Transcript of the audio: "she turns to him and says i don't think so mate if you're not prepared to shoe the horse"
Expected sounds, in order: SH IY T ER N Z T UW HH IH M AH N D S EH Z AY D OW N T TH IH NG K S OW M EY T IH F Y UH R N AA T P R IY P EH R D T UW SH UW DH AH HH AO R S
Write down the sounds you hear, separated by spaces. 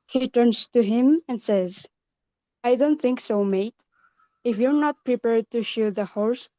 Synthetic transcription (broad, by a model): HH IY T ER N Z T UW HH IH M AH N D S EH Z AY D OW N T TH IH NG K S OW M EY T IH F Y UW R N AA T P R IY P EH R D T UW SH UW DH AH HH AO R S